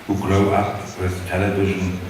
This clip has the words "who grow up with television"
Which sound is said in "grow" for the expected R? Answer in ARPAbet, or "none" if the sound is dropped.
L